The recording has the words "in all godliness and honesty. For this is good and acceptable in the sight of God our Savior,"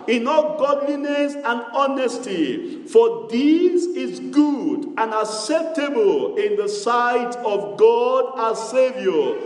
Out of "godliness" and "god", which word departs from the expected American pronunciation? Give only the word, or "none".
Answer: none